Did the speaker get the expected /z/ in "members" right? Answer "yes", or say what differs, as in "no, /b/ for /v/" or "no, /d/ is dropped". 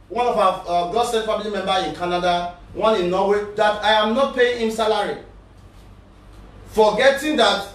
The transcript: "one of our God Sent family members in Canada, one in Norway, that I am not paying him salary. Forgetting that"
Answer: no, /z/ is dropped